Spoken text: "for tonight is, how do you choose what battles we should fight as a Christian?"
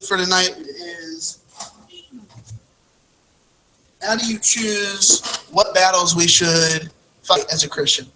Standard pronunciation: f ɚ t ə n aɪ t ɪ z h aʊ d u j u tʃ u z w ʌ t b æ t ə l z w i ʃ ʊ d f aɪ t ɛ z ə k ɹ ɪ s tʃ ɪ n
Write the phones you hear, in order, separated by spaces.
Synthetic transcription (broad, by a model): f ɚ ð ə n aɪ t ɪ z h aʊ d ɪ j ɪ tʃ u z w ʌ t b æ t l z w i ʃ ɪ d f aɪ t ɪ z ə k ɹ ɪ s tʃ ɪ n